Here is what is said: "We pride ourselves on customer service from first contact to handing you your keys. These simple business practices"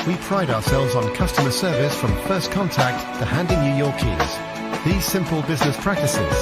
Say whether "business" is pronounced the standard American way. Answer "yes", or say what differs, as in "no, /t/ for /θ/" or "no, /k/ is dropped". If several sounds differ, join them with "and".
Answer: yes